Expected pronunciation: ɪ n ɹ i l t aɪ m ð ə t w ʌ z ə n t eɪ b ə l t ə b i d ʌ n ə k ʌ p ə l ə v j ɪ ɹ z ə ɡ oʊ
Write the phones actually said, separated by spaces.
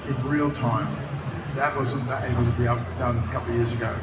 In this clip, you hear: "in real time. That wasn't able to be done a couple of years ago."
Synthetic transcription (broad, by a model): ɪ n ɹ i l t aɪ m ð ə t w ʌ z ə n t eɪ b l t ə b i d ʌ n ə k ʌ p l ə j ɪ ɹ z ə ɡ oʊ